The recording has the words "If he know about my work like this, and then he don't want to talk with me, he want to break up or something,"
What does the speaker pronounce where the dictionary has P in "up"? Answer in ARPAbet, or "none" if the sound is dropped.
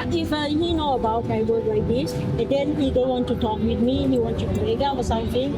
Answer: F